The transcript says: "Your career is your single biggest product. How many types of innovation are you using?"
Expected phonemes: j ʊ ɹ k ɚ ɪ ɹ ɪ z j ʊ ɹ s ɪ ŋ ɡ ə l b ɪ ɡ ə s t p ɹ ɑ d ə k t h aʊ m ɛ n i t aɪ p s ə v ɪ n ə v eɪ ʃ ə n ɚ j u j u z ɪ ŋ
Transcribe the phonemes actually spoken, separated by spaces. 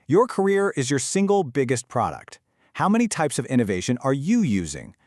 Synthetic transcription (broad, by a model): j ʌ ɹ k ɚ ɪ ɹ ɪ z j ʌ ɹ s ɪ ŋ ɡ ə l b ɪ ɡ ə s t p ɹ ɑ d ə k t h aʊ m ɛ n i t aɪ p s ə v ɪ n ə v eɪ ʃ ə n ɚ j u j u z ɪ ŋ